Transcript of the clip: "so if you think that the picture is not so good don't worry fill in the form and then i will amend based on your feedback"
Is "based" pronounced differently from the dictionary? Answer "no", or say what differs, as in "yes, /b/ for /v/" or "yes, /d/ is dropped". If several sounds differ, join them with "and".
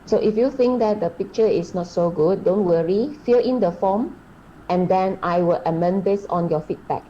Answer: yes, /t/ is dropped